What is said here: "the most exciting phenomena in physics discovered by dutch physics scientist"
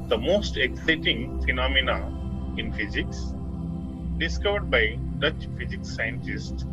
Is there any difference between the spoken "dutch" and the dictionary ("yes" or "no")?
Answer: no